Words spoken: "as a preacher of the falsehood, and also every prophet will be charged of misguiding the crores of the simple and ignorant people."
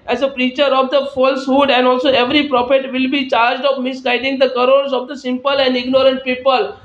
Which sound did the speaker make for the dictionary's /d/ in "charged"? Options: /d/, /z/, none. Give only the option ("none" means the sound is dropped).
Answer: /d/